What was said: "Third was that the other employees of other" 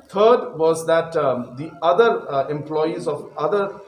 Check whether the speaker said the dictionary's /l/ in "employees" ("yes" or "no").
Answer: yes